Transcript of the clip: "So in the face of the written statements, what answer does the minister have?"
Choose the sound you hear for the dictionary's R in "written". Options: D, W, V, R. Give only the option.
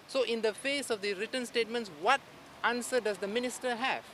R